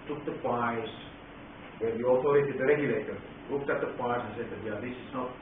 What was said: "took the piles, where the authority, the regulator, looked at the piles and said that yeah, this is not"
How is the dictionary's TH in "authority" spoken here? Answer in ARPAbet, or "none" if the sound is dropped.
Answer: T